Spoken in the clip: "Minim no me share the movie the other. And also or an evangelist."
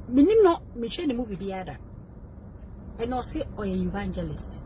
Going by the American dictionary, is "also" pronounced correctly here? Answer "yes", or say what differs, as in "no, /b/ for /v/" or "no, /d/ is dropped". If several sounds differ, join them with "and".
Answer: no, /l/ is dropped